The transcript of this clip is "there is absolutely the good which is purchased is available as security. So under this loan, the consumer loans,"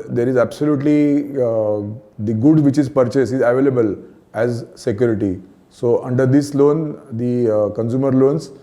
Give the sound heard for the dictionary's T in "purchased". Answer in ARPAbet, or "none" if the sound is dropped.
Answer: none